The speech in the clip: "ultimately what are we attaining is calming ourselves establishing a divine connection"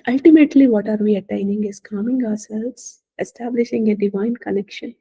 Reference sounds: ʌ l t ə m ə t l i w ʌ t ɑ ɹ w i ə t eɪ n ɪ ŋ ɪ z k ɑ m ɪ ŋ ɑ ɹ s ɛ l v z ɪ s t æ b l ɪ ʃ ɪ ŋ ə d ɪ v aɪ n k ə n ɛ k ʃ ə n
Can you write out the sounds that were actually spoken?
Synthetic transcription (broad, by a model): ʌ l t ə m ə t l i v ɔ t ɑ ɹ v i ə t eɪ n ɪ ŋ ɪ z k ɑ m ɪ ŋ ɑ ɹ s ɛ l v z ɪ s t æ b l ɪ ʃ ɪ ŋ ə d ɪ v aɪ n k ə n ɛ k ʃ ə n